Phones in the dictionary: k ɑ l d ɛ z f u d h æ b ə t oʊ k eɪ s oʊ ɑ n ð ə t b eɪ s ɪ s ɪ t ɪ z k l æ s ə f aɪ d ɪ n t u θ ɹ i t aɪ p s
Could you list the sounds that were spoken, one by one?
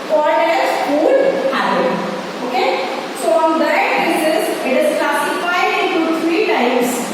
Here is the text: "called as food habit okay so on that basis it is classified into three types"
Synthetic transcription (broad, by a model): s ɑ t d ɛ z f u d h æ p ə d oʊ k eɪ s oʊ ɑ n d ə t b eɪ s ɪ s ɪ t ɪ z k l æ s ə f aɪ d ɪ n t u t ɹ i t aɪ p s